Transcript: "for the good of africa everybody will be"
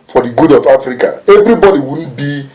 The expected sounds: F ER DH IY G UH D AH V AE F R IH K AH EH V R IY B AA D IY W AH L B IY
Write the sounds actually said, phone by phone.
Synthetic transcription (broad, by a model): F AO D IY G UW D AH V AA F R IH K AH EH V R IY B AA D IY W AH N B IY